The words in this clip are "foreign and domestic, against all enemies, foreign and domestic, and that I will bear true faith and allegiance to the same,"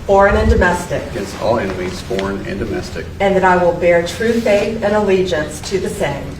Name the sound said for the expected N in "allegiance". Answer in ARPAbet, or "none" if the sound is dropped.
N